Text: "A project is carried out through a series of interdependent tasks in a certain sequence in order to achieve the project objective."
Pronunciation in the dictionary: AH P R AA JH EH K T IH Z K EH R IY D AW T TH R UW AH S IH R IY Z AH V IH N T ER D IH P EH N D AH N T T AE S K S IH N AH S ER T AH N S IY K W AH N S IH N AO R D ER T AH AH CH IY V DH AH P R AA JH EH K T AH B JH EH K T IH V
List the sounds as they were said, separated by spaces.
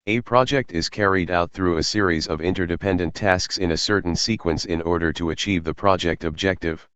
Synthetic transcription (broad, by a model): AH P R AA JH EH K T IH Z K EH R IY D AW T TH R UW AH S IH R IY Z AH V IH N T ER D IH P EH N D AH N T T AE S K S IH N AH S ER T N S IY K W AH N S IH N AO R D ER T AH AH CH IY V DH AH P R AA JH EH K T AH B JH EH K T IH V